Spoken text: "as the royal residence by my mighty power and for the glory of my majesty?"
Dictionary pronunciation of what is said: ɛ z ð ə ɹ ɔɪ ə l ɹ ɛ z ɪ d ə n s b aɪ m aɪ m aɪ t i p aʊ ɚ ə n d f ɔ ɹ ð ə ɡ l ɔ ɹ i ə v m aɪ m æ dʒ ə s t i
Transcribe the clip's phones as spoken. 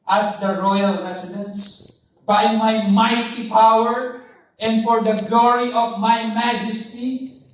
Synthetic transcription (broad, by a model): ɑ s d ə ɹ ɔɪ ə l ɹ ɛ s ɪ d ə n s b aɪ m aɪ m aɪ t i p aʊ ɚ ə n d f ɔ ɹ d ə ɡ l ɔ ɹ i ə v m aɪ m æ dʒ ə s t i